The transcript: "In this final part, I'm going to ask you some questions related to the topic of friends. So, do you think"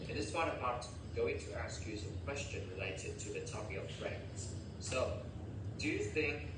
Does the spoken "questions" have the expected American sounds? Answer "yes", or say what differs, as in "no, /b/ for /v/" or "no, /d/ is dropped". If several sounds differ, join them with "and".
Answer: no, /z/ is dropped